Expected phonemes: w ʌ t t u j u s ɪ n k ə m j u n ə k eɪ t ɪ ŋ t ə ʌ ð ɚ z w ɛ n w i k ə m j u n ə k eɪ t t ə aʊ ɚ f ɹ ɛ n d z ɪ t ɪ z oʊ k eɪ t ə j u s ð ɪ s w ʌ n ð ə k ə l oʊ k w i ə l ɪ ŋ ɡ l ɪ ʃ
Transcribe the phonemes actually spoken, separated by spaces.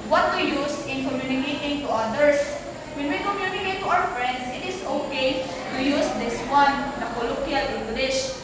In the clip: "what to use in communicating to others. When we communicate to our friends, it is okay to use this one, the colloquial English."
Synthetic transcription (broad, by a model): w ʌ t t u j u s ɪ n k ə m j u n ə k eɪ t ɪ ŋ t ə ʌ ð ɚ s w ɛ n w i k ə m j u n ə k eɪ t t aʊ ɚ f ɹ ɛ n d s ɪ t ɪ s oʊ k eɪ t ə j u s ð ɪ s w ʌ n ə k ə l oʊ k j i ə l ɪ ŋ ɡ l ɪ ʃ